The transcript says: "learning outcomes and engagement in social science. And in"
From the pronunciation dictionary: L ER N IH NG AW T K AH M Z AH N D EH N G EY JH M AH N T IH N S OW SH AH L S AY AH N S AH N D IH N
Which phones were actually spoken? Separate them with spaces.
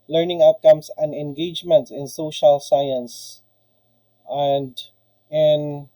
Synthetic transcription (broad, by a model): L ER N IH NG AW T K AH M S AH N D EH N G EY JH M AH N T IH N S OW SH AH L S AY AH N S AH N D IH N